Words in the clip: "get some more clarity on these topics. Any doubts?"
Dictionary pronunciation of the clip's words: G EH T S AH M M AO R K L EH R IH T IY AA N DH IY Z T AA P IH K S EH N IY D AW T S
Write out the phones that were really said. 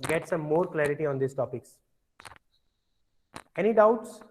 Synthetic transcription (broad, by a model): G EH T S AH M M AO R K L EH R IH T IY AA N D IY S T AA P IH K S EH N IY D AW T S